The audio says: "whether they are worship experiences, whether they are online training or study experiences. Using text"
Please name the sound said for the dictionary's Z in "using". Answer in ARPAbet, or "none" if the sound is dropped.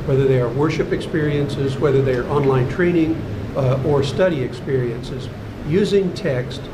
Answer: Z